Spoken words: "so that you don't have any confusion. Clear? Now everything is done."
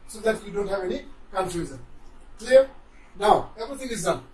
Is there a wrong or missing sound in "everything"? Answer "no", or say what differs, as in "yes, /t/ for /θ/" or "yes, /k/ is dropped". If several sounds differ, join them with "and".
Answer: yes, /ɹ/ is dropped